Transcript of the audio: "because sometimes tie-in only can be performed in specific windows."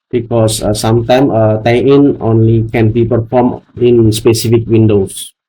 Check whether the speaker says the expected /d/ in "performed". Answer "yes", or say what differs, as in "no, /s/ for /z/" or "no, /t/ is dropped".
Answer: no, /d/ is dropped